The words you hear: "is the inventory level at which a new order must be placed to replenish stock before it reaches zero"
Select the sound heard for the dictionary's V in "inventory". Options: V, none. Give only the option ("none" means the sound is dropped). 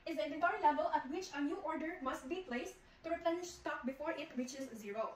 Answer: none